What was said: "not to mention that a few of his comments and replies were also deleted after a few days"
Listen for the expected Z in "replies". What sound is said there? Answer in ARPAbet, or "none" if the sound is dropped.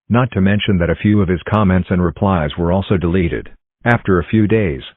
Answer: Z